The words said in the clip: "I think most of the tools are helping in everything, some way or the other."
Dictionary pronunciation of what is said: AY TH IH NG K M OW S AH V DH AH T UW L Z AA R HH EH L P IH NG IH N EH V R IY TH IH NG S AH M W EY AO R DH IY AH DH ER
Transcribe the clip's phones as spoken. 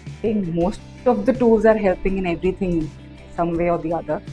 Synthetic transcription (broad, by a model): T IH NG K M OW S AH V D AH T UW L Z AA R HH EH L P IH NG IH N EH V R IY T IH NG S AH M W EY AO R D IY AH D ER